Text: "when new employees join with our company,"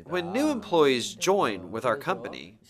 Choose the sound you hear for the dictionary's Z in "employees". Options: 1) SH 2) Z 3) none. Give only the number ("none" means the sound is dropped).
2